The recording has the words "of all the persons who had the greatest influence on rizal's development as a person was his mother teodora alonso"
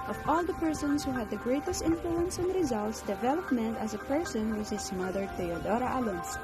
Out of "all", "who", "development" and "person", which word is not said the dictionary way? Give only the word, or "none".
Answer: none